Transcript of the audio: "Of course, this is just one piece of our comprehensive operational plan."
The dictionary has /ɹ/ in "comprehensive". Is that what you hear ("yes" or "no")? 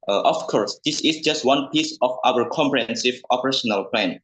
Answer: yes